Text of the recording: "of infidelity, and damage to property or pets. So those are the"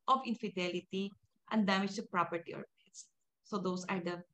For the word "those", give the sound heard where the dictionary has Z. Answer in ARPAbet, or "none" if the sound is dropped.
S